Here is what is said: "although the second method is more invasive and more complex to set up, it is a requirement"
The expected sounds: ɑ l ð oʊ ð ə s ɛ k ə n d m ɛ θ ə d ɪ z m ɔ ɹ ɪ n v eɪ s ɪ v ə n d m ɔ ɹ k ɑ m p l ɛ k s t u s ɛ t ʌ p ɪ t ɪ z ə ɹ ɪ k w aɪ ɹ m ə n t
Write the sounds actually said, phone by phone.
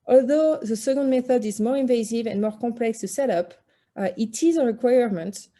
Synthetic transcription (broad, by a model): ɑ l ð oʊ ð ə s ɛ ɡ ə n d m ɛ θ ə d ɪ z m ɔ ɹ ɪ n v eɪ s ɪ v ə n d m ɔ ɹ k ɑ m p l ɛ k s t u s ɛ t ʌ p ɪ t ɪ z ə ɹ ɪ k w aɪ ɹ m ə n t